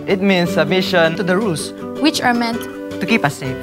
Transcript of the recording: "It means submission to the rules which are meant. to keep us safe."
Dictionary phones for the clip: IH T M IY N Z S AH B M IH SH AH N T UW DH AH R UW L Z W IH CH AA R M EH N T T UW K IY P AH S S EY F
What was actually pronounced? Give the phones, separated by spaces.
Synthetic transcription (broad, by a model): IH T M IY N S AH B M IH SH AH N T UW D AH R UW L S W IH CH AA R M EH N T T UW K IY P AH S S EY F